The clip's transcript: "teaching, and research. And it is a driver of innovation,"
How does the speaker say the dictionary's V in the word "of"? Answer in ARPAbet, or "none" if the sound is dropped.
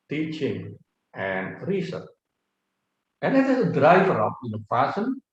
P